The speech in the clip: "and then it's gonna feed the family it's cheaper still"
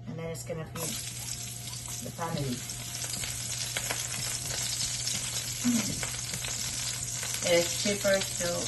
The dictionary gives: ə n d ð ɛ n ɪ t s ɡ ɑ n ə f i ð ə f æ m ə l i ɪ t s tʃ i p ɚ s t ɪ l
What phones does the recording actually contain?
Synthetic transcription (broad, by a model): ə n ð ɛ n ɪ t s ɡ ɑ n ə p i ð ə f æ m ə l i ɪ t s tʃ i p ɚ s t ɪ